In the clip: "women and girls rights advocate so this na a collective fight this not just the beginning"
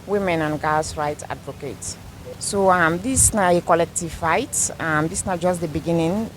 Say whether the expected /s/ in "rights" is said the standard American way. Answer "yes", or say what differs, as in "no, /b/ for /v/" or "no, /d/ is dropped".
no, /s/ is dropped